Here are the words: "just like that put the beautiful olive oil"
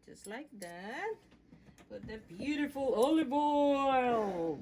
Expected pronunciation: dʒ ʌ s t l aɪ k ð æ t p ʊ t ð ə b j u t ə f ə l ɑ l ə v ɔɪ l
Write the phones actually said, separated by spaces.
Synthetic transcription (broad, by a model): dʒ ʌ s t l aɪ k ð æ t b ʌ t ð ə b j u t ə f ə l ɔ l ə b ɔɪ l